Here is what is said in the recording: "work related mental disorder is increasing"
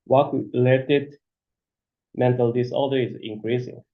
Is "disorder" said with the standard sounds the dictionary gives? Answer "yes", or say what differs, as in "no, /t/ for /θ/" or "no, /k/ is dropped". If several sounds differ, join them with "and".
no, /l/ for /ɹ/